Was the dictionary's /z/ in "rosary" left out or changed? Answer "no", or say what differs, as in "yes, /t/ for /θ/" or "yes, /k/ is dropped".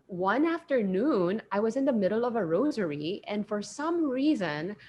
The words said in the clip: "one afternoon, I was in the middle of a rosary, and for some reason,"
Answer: no